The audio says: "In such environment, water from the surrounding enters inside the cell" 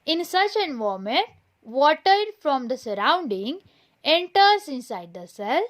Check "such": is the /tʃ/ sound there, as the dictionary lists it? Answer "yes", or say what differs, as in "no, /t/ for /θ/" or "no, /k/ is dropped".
yes